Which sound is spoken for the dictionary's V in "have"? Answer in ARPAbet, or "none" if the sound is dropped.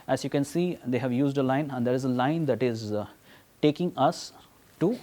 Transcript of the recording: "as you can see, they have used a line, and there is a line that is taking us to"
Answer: V